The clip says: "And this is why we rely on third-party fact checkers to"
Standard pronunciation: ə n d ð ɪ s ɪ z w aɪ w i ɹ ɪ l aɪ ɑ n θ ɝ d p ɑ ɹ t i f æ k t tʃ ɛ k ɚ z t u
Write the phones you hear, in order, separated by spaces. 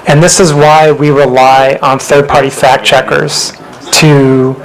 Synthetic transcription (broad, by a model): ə n ð ɪ s ɪ z w aɪ w i ɹ ɪ l aɪ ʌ n θ ɝ d p ɑ ɹ t i f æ k tʃ ɛ k ɚ z t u